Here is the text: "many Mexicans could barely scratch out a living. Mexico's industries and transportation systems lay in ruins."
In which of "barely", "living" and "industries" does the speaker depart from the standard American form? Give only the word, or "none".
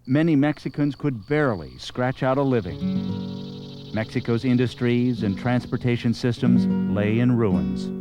none